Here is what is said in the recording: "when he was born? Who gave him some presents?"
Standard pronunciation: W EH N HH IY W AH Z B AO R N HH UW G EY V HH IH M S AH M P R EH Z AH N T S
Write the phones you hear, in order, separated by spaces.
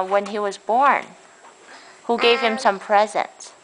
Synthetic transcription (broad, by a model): W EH N IY W AH Z B AO R N HH UW G EY V HH IH M S AH M P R EH Z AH N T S